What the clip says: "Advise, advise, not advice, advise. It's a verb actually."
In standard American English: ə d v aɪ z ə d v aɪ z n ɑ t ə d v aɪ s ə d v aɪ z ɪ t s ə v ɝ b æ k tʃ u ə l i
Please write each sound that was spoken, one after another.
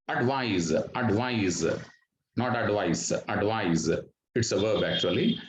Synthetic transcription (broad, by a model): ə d v aɪ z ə d v aɪ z n ɑ t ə d v aɪ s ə d v aɪ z ɪ t s ə v ɝ b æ k tʃ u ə l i